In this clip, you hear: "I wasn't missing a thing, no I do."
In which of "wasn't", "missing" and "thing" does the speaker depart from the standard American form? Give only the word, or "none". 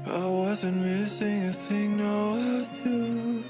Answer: none